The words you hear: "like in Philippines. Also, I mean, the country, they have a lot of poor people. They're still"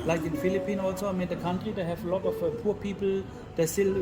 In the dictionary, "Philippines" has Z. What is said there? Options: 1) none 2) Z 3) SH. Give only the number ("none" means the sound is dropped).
1